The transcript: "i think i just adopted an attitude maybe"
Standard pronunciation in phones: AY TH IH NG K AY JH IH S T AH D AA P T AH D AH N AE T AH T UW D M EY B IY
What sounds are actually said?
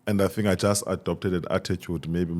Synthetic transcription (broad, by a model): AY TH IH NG AY JH IH S T AH D AA P T AH D AH N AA T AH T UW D M EY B IY